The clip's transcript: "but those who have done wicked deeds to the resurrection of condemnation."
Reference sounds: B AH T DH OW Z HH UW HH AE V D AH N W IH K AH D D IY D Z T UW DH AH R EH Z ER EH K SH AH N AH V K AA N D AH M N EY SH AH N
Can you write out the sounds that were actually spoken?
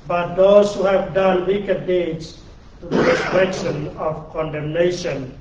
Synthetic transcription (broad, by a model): B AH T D OW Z HH UW HH AE V D AH N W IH K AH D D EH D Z T UW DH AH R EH S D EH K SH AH N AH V K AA N D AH M N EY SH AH N